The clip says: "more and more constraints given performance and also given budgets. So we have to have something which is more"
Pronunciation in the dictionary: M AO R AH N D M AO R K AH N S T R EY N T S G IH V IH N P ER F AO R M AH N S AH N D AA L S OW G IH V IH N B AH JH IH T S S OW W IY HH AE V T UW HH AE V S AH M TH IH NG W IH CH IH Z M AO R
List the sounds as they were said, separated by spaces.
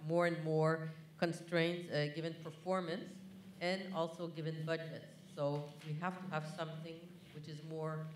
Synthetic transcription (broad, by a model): M AO R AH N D M AO R K AH N S T R EY N T S G IH V IH N P ER F AO R M AH N S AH N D AA L S OW G IH V IH N B AH JH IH T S S OW W IY HH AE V T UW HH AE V S AH M TH IH NG W IH CH IH Z M AO R